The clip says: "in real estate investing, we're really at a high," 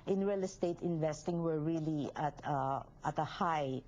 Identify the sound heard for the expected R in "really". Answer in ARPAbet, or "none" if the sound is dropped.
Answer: L